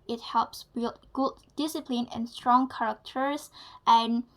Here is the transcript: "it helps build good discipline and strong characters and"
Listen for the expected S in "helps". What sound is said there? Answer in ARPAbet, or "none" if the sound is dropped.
S